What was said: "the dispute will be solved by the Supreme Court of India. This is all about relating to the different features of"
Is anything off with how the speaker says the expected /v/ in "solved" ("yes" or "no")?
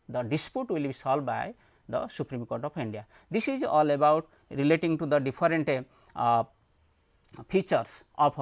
yes